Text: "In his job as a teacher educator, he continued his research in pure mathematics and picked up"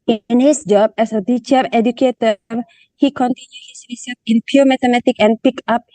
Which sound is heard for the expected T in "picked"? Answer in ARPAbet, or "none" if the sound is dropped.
none